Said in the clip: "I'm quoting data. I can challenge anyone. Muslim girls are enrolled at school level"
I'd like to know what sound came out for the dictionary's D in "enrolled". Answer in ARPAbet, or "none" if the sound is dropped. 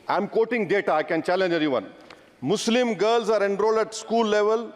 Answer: D